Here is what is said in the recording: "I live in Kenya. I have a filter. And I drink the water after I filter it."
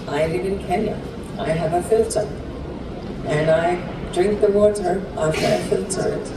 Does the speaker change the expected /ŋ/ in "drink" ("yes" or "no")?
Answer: no